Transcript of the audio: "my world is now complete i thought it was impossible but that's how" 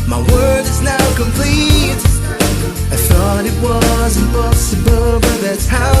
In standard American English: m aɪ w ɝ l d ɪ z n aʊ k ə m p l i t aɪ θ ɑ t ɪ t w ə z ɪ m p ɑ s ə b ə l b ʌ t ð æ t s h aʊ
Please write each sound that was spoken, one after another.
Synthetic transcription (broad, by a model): m aɪ w ɝ d ɪ z n aʊ k ə m p l i t aɪ θ ɑ t ɪ t w ə z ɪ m p ɑ s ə b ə l b ʌ t ð æ t s h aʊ